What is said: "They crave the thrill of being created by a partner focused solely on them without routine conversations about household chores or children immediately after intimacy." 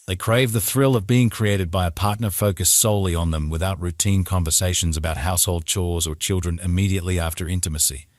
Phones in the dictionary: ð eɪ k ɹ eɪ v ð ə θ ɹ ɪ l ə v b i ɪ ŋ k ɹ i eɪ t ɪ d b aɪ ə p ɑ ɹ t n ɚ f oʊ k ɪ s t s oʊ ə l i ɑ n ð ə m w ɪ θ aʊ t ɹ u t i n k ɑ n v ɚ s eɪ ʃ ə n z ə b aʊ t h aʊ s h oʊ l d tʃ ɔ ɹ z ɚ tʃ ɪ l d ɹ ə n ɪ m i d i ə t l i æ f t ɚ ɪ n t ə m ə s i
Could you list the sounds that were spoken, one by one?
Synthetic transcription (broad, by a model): ð eɪ k ɹ eɪ v ð ə θ ɹ ɪ l ə v b i ɪ ŋ k ɹ i eɪ t ɪ d b aɪ ə p ɑ ɹ t n ɚ f oʊ k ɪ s s oʊ ə l i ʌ n ð ə m w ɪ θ aʊ t ɹ u t i n k ɑ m v ɚ s eɪ ʃ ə n z ə b aʊ t h aʊ s h oʊ l d tʃ ɔ ɹ z ɚ tʃ ɪ l d ɹ ə n ɪ m i d i ə t l i æ f t ɚ ɪ n t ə m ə s i